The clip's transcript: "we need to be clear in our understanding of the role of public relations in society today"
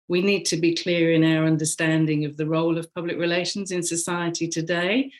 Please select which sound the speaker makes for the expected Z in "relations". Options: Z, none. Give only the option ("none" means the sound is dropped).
Z